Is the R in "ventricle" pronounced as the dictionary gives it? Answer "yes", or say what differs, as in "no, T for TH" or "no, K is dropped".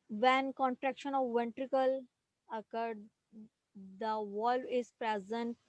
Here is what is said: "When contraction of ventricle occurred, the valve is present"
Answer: yes